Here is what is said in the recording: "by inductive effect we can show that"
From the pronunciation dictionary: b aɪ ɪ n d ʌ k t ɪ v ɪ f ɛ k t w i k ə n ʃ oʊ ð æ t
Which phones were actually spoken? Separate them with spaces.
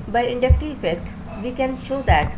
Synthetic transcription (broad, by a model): b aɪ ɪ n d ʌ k t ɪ ɪ f ɛ k t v i k ə n ʃ oʊ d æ t